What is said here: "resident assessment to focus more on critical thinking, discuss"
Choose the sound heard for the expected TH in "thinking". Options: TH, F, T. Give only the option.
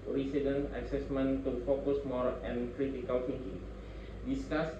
F